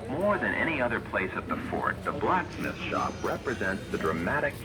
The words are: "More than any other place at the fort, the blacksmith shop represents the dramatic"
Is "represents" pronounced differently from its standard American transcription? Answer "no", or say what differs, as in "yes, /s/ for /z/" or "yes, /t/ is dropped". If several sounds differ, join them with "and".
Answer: no